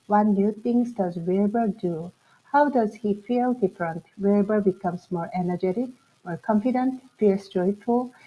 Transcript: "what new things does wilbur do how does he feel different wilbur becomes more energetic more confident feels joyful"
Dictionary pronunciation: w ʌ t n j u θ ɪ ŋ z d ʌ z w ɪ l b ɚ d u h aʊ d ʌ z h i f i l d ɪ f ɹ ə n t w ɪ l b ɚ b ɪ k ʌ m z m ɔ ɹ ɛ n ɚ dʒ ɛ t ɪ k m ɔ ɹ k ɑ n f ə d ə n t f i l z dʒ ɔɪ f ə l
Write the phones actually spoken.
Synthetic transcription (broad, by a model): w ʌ n j u t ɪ ŋ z d ʌ z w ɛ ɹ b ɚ d u h aʊ d ʌ z h i f i l d ɪ f ɹ ə n t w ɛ b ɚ b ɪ k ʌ m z m ɔ ɹ ɛ n ɚ dʒ ɛ t ɪ k m ɔ ɹ k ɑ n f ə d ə n t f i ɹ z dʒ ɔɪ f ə l